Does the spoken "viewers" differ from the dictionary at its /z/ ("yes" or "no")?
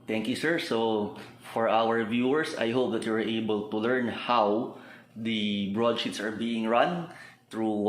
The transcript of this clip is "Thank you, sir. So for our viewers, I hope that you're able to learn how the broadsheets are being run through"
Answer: yes